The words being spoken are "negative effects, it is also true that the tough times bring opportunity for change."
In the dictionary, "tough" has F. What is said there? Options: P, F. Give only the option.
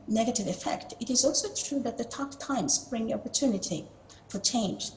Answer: P